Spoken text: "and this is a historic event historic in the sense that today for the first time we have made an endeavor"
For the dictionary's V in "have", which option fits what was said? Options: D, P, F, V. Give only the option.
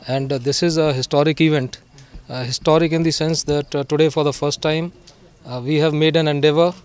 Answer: V